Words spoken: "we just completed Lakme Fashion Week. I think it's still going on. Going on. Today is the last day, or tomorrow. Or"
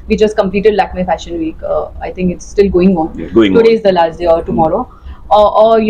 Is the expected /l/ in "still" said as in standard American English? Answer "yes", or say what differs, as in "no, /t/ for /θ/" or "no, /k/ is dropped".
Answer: yes